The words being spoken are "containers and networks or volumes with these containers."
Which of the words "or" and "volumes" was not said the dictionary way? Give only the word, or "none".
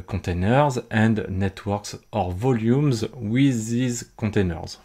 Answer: none